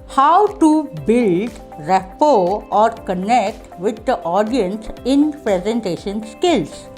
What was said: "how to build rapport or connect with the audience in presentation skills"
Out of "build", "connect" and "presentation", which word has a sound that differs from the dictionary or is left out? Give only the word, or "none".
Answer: none